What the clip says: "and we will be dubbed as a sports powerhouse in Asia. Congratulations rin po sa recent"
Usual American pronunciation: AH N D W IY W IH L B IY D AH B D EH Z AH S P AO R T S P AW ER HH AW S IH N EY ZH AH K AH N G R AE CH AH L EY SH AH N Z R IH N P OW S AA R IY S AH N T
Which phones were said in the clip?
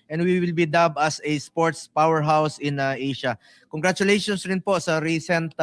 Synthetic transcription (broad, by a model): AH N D W IY W IH L B IY D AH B AH S AH S P AO R T S P AW ER HH AW S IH N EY SH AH K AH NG G R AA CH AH L EY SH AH N S R IH N P OW S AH R IY S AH N T